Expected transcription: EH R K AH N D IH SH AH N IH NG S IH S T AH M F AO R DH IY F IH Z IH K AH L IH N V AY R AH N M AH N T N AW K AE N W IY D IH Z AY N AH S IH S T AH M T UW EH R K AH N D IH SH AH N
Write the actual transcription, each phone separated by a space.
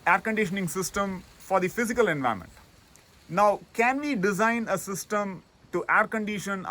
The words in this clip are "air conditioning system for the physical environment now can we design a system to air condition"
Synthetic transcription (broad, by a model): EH R K AH N D IH SH AH N IH NG S IH S T AH M F AO R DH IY F IH Z IH K AH L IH N V AY AH M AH N T N AW K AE N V IY D IH Z AY N AH S IH S T AH M T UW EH R K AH N D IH SH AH N